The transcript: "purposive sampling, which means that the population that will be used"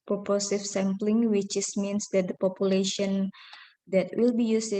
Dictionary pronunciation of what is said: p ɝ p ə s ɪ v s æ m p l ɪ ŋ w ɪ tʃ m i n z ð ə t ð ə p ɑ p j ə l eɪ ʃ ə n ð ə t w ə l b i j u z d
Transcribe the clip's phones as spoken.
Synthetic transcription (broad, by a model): p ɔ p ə s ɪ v s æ m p l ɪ ŋ w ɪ s m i n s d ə t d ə p ɑ p j ə l eɪ ʃ ə n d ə t w ə l b i j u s